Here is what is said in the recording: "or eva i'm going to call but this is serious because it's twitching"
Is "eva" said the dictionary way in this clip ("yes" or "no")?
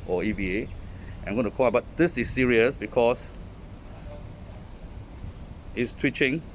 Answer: no